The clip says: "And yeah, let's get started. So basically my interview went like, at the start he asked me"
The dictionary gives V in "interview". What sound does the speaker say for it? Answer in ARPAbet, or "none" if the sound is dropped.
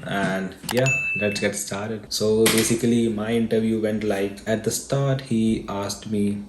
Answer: V